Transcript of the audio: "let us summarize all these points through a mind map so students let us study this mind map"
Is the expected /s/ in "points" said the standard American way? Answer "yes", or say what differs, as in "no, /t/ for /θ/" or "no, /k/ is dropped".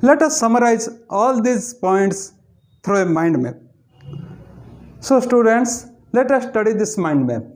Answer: yes